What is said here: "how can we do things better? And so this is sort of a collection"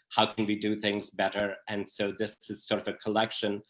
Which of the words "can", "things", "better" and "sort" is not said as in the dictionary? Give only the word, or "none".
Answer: none